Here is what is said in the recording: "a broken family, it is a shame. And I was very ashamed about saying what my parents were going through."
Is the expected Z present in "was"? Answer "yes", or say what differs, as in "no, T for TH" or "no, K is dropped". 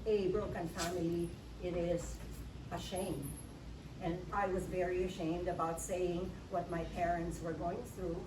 yes